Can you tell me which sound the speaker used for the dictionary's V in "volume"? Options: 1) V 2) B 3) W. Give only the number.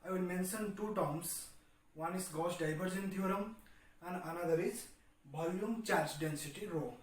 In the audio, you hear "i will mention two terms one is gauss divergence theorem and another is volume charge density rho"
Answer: 2